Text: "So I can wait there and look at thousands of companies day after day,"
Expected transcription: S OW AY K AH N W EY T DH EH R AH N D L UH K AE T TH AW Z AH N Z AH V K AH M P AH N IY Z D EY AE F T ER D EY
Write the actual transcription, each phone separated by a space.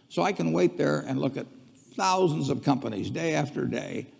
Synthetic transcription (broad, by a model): S OW AY K AH N W EY T DH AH R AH N L UH K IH T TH AW Z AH N Z AH V K AH M P AH N IY Z D EY AE F T ER D EY